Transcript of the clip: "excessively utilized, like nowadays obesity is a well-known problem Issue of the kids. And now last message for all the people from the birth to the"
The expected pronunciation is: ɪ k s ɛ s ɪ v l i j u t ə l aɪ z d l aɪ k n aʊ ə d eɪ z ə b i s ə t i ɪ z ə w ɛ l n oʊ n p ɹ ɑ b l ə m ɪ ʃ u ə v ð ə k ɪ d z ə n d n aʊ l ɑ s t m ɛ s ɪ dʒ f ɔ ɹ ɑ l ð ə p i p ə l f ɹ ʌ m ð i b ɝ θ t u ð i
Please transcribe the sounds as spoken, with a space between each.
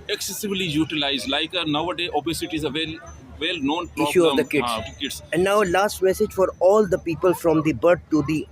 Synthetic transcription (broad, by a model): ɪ k s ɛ s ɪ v l i j u t ə l aɪ z d l aɪ k n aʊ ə d eɪ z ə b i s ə t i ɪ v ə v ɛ l n oʊ n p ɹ ɪ ʃ u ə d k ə k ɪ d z ə n d n aʊ l ɑ s t m ɛ s ɪ dʒ f ɔ ɹ ɑ l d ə p i p ə l f ɹ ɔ m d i b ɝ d t u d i